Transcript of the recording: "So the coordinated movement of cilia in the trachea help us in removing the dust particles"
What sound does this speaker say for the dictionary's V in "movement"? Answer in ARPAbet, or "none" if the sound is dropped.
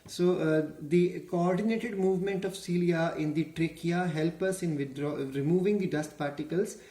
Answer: V